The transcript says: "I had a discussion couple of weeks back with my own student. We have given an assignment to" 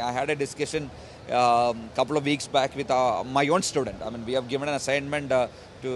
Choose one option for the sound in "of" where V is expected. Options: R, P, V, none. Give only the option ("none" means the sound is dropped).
V